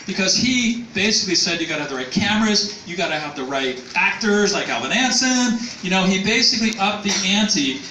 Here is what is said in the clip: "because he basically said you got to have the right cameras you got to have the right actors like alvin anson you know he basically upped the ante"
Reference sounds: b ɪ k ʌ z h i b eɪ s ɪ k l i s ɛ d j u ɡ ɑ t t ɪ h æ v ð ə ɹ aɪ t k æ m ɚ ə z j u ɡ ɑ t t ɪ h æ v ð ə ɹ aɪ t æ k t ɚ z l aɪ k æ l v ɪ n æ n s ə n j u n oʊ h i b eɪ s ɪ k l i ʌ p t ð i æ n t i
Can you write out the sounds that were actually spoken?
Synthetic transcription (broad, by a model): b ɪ k ʌ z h i b eɪ s ɪ k l i s ɛ d j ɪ ɡ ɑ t t ɪ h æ v ð ə ɹ aɪ t k æ m ɚ ə z j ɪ ɡ ɑ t t ɪ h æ v ð ə ɹ aɪ t æ k t ɚ z l aɪ k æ l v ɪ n æ n s ə n j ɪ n oʊ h i b eɪ s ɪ k l i ʌ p ð i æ n t i